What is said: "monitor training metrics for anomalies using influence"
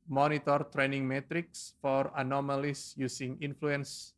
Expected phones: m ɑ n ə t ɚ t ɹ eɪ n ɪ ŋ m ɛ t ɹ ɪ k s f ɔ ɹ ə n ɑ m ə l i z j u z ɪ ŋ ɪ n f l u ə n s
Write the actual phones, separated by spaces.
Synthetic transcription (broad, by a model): m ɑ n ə t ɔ t ɹ eɪ n ɪ ŋ m ɛ t ɹ ɪ k s f ɔ ɹ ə n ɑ m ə l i s j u s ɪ ŋ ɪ n f l u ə n s